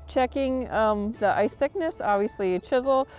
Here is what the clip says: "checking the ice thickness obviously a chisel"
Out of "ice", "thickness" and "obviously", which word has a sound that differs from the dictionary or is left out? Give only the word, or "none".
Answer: none